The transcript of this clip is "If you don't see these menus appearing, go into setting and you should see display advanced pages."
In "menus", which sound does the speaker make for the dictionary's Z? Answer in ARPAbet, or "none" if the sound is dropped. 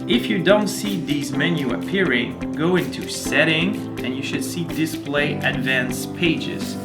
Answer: none